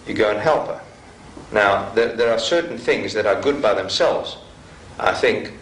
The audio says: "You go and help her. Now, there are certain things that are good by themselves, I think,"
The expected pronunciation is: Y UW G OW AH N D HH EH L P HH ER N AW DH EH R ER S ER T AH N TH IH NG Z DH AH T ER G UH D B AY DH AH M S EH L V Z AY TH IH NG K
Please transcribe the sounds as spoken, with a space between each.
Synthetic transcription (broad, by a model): Y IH G OW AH N HH EH L P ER N AW DH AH R ER S ER T N TH IH NG Z DH AH T ER G UH D B AY DH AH M S EH L V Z AY TH IH NG K